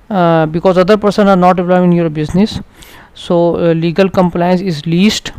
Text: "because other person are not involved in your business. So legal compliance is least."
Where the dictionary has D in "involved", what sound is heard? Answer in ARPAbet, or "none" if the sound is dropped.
none